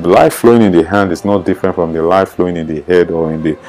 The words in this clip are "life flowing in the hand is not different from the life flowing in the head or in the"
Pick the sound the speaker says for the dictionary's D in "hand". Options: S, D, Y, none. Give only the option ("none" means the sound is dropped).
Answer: D